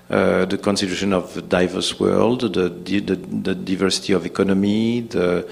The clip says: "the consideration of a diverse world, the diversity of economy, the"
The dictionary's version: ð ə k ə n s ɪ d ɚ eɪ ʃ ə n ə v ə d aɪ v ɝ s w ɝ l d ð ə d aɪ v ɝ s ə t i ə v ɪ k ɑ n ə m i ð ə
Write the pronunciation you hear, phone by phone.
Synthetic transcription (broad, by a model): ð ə k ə n s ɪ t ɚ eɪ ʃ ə n ə v d aɪ v ɝ s w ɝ l d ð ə d aɪ v ɝ s ə t i ə v ɪ k ɑ n ə m i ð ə